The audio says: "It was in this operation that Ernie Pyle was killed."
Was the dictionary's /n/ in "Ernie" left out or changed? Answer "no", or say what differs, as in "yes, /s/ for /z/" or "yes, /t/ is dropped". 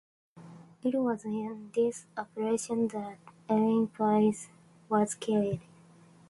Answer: yes, /l/ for /n/